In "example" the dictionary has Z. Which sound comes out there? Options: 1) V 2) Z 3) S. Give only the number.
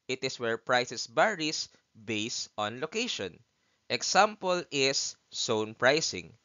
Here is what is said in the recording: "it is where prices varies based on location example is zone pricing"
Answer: 3